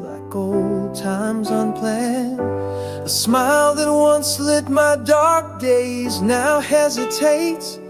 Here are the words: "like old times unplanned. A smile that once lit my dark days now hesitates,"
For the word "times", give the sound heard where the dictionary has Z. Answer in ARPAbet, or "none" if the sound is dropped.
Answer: Z